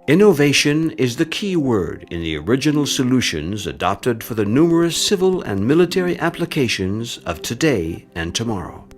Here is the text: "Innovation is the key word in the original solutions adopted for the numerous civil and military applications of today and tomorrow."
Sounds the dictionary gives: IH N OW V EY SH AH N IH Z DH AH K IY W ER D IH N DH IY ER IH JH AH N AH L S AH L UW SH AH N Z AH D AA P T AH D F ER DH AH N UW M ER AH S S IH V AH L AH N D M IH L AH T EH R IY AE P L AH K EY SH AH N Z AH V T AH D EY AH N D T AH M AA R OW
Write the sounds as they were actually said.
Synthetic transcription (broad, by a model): IH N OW V EY SH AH N IH Z DH AH K IY W ER D IH N DH IY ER IH JH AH N L S AH L UW SH AH N Z AH D AA P T AH D F ER DH AH N UW M ER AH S S IH V AH L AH N M IH L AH T EH R IY AE P L AH K EY SH AH N Z AH V T AH D EY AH N T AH M AA R OW